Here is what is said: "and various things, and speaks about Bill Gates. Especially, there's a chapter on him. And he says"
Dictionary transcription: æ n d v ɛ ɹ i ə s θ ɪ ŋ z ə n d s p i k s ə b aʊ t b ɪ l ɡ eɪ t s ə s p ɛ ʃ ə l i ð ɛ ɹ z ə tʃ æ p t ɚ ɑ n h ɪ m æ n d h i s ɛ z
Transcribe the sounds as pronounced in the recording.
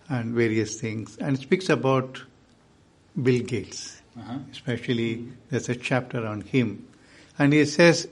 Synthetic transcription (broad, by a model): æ n d v ɛ ɹ i ə s t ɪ ŋ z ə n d s p i k s ə b aʊ t b ɪ l ɡ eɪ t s ə s p ɛ ʃ ə l i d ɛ ɹ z ə tʃ æ p t ɚ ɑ n h ɪ m æ n d h i s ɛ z